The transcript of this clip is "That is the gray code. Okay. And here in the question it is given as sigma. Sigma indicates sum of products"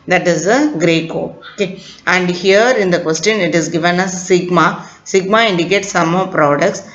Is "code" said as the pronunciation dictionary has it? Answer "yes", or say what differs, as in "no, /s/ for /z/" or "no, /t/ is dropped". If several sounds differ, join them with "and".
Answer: no, /d/ is dropped